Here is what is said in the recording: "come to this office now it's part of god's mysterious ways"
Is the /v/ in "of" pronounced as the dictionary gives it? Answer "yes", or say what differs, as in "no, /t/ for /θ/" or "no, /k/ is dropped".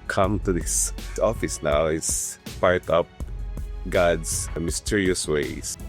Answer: no, /p/ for /v/